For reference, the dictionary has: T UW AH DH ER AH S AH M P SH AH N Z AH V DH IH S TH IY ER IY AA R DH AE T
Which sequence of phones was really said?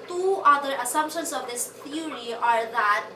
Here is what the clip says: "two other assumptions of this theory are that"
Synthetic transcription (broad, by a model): T UW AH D ER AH S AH M P SH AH N S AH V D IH S T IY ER IY AA R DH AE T